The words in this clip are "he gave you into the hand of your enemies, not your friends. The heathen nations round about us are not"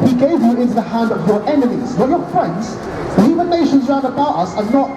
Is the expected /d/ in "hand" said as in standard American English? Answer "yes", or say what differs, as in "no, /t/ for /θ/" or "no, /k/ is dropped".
yes